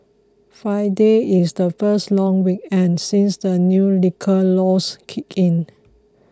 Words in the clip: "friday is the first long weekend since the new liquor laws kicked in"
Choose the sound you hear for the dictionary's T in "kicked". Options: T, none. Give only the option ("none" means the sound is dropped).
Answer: none